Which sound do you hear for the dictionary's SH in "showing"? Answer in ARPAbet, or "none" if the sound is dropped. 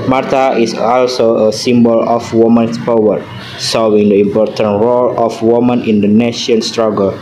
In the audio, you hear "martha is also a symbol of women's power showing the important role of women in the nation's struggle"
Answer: S